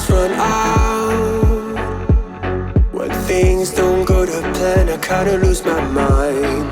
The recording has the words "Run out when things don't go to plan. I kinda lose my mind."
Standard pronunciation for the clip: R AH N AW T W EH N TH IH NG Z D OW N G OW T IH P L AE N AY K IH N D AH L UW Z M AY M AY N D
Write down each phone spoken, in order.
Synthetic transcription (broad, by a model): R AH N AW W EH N TH IH NG Z D OW N G OW T IH P AE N AY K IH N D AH L UW Z M AY M AY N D